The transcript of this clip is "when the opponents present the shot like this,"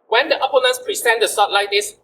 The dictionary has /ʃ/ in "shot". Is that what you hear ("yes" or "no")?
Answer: no